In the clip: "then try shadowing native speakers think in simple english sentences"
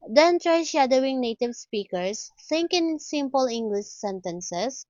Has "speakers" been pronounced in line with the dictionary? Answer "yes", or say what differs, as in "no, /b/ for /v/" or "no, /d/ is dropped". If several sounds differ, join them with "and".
no, /s/ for /z/